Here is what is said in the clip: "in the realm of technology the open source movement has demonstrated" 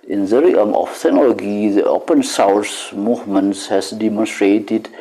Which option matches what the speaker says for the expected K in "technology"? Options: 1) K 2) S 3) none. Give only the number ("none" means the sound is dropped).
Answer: 3